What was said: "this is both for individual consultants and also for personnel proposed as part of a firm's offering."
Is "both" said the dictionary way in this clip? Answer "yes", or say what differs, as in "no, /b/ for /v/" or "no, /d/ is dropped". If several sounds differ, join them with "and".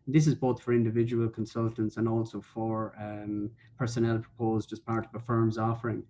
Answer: yes